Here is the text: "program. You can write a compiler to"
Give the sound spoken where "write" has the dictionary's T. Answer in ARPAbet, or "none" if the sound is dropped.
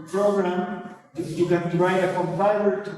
none